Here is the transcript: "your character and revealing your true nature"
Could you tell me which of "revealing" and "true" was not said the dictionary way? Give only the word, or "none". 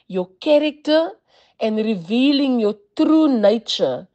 none